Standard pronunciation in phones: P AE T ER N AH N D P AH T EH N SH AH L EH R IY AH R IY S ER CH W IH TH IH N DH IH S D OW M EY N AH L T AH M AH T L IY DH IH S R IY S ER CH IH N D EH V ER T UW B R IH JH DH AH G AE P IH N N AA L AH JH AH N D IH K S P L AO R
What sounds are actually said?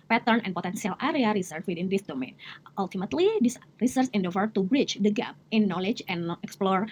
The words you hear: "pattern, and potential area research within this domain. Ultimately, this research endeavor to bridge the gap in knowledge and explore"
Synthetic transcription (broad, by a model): P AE T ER N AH N P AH T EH N S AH L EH R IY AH R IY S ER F W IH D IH N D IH S D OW M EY N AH L T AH M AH T L IY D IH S R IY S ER S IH N D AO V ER T UW B R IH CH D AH G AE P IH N N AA L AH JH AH N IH K S P L AO R